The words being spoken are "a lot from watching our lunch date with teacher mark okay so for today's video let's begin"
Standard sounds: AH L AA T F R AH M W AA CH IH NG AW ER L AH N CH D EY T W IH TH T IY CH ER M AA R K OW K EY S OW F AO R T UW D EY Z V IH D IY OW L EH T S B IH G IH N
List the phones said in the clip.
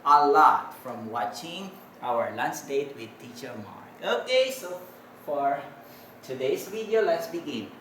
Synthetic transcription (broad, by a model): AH L AA T F R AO M W AA CH IH NG AW ER L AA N S D EY T W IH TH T IY CH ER M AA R OW K EY S OW F AO R T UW D EY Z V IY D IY OW L EH T S B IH G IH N